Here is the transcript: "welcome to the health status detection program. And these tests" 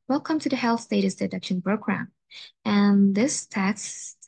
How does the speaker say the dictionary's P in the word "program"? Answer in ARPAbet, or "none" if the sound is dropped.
B